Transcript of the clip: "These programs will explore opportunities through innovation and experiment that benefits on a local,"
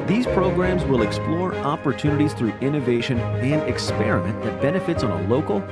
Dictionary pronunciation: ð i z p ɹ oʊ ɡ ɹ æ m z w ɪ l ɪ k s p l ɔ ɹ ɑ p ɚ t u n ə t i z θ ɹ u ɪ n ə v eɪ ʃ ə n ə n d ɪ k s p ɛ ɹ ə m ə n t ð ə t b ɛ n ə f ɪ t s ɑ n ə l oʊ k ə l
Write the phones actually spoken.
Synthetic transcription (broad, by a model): ð i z p ɹ oʊ ɡ ɹ æ m z w ɪ l ɪ k s p l ɔ ɹ ɑ p ɚ t u n ə t i z θ ɹ u ɪ n ə v eɪ ʃ ə n ə n d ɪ k s p ɛ ɹ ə m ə n ð ə t b ɛ n ə f ɪ t s n ə l oʊ k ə l